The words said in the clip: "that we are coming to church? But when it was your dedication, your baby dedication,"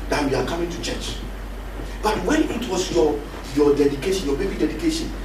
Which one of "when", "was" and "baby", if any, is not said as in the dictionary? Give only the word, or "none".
was